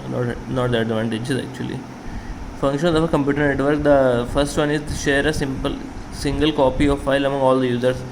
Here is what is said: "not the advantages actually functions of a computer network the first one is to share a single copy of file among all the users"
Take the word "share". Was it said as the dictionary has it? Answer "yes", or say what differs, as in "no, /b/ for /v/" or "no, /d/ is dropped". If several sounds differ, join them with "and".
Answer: no, /s/ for /ʃ/